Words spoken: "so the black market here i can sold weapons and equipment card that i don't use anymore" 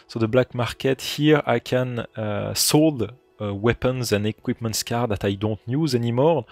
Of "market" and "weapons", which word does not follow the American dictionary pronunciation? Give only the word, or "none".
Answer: none